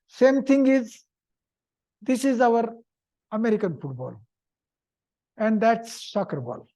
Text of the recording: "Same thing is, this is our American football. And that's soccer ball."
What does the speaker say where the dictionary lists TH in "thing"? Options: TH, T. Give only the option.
T